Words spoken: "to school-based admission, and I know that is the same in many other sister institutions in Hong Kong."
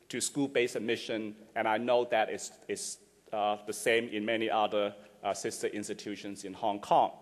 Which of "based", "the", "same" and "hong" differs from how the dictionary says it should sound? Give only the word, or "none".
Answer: based